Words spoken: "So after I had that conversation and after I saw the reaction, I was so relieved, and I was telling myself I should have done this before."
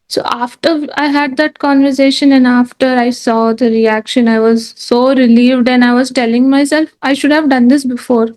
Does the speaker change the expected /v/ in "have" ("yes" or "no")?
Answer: no